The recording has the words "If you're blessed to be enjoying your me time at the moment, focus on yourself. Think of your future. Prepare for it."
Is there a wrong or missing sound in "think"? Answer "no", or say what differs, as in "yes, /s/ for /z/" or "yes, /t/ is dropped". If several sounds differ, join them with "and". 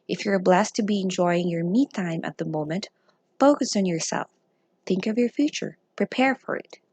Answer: no